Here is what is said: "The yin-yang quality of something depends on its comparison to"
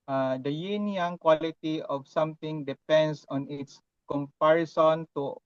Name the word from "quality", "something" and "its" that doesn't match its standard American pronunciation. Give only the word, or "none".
something